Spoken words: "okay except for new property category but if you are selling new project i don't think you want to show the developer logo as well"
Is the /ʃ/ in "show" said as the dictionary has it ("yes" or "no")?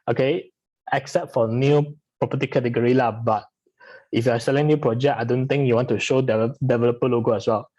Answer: yes